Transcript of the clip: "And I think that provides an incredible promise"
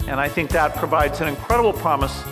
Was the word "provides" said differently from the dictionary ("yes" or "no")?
no